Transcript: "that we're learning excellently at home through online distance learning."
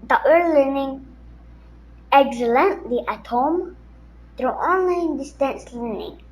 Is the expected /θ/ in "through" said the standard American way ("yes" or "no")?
no